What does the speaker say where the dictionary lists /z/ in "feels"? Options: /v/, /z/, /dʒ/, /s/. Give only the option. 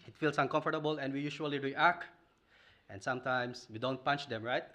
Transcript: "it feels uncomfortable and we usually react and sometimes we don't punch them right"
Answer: /s/